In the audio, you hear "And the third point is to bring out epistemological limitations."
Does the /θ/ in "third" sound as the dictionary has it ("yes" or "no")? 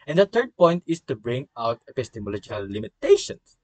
no